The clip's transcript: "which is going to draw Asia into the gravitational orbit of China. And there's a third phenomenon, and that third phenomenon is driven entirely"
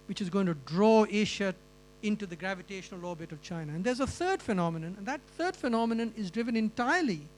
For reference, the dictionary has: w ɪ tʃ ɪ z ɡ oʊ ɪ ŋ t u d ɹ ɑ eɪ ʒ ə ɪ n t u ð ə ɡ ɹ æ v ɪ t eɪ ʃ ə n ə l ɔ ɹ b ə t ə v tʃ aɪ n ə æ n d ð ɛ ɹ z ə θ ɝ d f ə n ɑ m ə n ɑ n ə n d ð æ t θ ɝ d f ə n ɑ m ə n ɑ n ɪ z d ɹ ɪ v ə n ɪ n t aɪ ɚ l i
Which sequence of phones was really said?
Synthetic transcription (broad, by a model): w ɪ tʃ ɪ z ɡ oʊ ɪ ŋ t u d ɹ ɑ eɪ ʃ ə ɪ n t u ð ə ɡ ɹ æ v ɪ t eɪ ʃ ə n ə l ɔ b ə t ə v tʃ aɪ n ə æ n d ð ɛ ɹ z ə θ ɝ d f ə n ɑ m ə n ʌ n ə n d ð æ t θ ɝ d f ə n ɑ m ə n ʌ n ɪ z d ɹ ɪ v ə n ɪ n t aɪ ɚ l i